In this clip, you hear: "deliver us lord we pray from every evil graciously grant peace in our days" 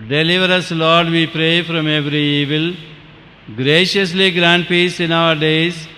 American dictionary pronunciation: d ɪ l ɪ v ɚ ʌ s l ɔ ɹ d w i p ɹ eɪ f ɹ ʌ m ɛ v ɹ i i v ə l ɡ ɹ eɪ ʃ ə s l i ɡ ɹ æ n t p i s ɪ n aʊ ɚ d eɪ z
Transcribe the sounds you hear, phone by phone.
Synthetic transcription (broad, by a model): d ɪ l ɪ v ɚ ʌ s l ɔ ɹ d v i p ɹ eɪ f ɹ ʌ m ɛ v ɹ i i v ə l ɡ ɹ eɪ ʃ ə s l i ɡ ɹ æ n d p i s ɪ n aʊ ɚ d eɪ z